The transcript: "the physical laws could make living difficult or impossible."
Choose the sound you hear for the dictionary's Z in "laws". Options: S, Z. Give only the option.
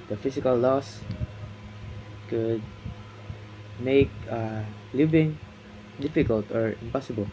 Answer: S